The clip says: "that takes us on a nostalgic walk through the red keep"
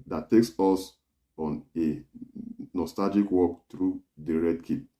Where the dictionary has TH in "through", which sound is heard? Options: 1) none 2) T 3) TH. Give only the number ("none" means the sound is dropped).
2